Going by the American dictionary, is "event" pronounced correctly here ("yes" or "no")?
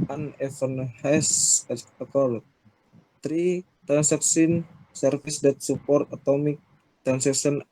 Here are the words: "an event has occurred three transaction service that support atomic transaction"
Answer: no